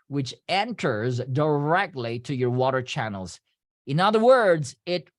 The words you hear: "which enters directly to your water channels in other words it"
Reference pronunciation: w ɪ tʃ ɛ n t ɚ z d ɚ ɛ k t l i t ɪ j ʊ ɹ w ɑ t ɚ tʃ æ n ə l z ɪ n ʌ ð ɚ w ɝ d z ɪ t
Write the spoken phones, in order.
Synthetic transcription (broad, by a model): w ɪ tʃ ɛ n t ɚ z d ɚ ɛ k t l i t ɪ j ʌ ɹ w ɑ t ɚ tʃ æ n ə l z ɪ n ʌ ð ɚ w ɝ d z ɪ t